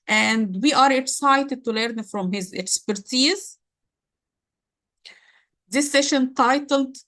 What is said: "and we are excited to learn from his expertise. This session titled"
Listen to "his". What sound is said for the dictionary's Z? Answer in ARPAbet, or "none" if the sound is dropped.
Z